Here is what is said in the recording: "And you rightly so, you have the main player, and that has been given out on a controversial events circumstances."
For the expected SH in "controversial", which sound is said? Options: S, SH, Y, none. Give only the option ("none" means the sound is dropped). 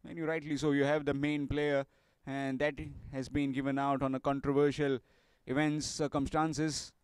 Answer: SH